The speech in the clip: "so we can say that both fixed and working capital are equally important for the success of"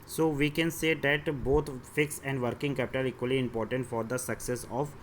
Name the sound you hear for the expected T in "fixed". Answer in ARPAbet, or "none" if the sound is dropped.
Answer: none